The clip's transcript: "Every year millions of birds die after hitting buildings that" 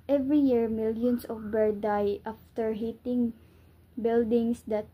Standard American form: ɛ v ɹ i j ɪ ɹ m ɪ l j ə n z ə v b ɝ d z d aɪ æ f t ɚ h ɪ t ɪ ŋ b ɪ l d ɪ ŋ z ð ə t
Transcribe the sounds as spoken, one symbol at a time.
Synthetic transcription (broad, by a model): ɛ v ɹ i j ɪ ɹ m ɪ l j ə n s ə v b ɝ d d aɪ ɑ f t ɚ h ɪ t ɪ ŋ b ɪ l d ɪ ŋ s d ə t